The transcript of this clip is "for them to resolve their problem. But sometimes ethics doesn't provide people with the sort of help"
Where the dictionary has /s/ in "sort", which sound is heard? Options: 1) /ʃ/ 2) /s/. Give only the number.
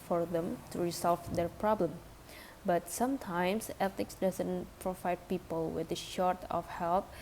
1